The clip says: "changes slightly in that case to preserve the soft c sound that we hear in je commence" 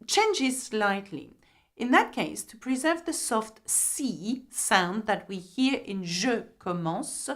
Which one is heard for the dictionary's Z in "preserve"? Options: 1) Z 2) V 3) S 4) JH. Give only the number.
1